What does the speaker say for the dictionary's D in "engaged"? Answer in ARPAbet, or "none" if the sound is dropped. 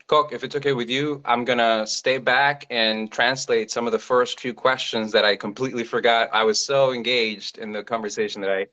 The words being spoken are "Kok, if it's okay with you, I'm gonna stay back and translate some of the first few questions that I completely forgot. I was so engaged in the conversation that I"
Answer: D